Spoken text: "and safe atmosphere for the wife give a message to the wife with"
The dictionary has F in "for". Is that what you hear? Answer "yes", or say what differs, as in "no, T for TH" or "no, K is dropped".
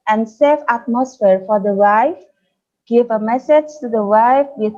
yes